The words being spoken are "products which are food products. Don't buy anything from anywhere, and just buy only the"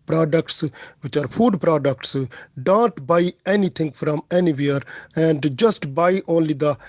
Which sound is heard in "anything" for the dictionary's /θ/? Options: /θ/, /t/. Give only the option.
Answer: /t/